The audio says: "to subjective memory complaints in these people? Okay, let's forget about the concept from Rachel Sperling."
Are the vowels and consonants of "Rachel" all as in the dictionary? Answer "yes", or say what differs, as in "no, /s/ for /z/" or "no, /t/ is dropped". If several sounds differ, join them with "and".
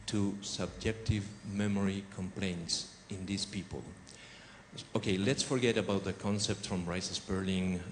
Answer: no, /s/ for /tʃ/